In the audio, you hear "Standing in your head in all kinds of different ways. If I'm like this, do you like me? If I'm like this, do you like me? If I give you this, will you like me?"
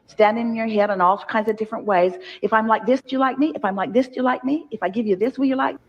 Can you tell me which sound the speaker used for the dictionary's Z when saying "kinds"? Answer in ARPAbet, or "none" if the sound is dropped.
Z